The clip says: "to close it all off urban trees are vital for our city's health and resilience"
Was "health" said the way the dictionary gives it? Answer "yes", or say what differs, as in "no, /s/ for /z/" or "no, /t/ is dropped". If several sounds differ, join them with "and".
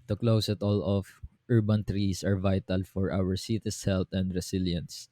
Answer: no, /t/ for /θ/